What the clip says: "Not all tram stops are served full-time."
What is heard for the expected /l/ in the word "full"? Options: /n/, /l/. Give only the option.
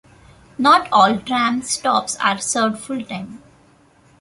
/l/